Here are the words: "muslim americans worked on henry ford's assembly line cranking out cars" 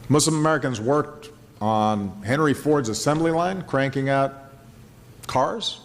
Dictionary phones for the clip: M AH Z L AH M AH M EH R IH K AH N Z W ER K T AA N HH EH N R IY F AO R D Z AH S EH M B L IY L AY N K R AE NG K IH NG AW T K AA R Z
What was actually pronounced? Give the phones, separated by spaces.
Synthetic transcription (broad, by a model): M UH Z L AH M AH M EH R IH K AH N Z W ER K T N HH EH N R IY F AO R D Z AH S EH M B L IY L AY N K R AE NG K IH NG AW T K AA R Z